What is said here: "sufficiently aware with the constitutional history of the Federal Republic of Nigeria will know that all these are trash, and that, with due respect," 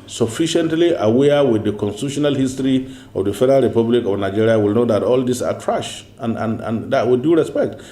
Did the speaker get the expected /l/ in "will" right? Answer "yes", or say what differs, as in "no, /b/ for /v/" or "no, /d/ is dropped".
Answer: yes